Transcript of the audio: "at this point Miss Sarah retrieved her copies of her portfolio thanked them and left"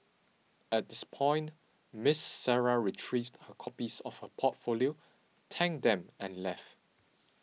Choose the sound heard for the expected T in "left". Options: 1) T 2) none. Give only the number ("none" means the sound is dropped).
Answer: 1